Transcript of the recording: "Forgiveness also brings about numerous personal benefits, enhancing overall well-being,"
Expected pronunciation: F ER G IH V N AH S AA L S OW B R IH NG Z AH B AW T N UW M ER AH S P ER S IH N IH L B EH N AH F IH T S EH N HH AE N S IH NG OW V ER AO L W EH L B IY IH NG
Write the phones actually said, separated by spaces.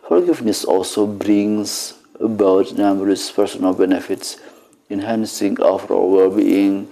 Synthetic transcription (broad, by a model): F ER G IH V N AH S AA L S OW B R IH NG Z AH B AW T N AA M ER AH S P ER S IH N IH L B EH N AH F IH T S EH N HH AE N S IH NG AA F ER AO W EH L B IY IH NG